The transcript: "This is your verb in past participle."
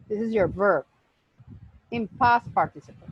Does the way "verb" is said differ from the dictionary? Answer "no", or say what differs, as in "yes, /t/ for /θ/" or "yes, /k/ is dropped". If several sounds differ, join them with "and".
no